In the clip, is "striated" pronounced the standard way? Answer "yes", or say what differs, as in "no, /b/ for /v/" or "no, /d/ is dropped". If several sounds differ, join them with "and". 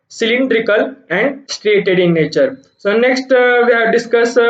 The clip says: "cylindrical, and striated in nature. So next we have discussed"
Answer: yes